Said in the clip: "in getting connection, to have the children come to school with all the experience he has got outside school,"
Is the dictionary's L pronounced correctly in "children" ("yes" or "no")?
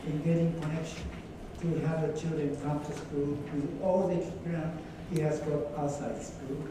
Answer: yes